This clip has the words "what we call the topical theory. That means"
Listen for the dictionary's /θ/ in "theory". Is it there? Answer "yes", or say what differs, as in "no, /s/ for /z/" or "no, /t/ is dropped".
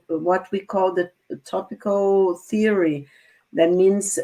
yes